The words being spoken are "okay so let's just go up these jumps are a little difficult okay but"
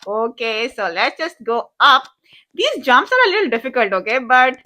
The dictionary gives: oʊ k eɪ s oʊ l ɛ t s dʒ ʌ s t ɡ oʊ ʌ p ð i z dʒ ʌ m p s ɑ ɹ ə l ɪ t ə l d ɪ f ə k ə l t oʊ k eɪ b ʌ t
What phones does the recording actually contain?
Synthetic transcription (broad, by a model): oʊ k eɪ s oʊ l ɛ t s dʒ ʌ s t ɡ oʊ ʌ p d i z dʒ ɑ m s ɑ ɹ ə l ɪ t ə l d ɪ f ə k ə l t oʊ k eɪ b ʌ t